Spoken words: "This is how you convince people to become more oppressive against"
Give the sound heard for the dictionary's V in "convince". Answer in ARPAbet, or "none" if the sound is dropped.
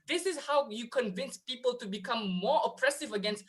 V